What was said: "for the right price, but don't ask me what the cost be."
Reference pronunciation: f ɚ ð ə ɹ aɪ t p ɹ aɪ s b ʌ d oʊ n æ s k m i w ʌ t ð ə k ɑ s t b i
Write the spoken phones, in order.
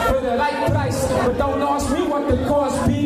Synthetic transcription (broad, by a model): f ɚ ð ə l aɪ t p ɹ aɪ s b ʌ d oʊ n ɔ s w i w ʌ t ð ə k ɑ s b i